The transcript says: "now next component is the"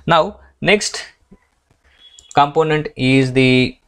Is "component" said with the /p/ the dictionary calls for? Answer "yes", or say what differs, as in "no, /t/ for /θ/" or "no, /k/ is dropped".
yes